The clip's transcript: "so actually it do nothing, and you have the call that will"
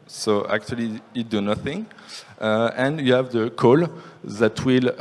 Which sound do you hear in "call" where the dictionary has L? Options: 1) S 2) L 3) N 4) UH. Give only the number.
2